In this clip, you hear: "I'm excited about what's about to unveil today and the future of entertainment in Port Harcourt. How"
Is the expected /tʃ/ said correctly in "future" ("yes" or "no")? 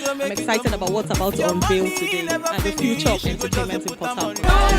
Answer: yes